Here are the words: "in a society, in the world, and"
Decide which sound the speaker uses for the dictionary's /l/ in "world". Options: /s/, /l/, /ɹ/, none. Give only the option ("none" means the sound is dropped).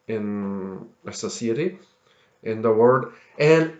none